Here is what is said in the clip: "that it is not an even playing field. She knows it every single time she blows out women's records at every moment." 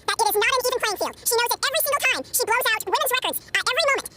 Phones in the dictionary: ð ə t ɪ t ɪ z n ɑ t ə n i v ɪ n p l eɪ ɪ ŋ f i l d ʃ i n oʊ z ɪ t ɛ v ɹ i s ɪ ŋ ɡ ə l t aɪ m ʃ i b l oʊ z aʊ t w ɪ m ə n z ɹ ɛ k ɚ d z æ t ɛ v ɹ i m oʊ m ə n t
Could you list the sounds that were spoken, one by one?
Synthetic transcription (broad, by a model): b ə t ɪ t ɪ z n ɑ t ə n i v ɪ n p eɪ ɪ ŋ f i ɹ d ʃ i n oʊ z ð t ɛ v ɹ i s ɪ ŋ ɡ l t aɪ m ʃ i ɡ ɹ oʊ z aʊ t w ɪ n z ɹ ɛ k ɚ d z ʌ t ɛ v ɹ i m oʊ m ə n t